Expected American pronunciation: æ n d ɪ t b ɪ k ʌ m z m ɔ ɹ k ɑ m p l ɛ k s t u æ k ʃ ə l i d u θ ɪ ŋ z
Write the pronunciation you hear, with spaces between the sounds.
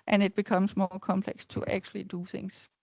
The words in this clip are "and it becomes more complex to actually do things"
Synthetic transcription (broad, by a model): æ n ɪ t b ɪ k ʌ m s m ɔ k ɑ m p l ɛ k s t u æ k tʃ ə l i d u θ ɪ ŋ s